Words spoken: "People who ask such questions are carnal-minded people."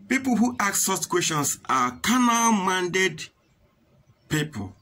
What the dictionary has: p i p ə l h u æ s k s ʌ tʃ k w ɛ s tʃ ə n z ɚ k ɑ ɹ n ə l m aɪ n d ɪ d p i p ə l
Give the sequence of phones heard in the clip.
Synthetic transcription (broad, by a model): p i p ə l h u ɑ k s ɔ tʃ k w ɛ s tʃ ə n s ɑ k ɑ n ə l m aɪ n d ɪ d p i p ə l